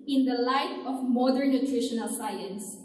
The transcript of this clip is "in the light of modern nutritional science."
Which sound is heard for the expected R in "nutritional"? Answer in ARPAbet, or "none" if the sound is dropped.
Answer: R